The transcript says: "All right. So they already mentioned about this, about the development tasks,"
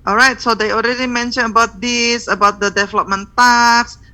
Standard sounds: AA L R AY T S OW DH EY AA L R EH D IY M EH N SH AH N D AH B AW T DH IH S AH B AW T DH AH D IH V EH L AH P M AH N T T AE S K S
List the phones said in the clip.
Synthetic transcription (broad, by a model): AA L R AY T S OW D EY AA L R EH D IY M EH N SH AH N AH B AW T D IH S AH B AW T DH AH D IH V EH L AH P M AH N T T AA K S